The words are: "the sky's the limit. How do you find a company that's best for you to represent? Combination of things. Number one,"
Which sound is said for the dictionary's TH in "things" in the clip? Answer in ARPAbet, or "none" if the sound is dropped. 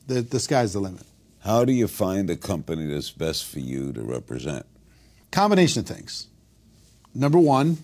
TH